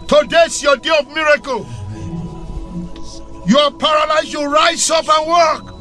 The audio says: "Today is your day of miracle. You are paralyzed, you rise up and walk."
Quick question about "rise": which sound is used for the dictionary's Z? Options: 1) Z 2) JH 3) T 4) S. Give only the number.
4